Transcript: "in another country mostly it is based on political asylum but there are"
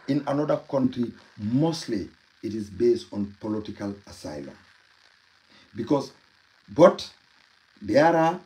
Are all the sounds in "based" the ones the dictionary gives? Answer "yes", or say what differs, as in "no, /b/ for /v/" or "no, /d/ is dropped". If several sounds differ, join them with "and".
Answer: yes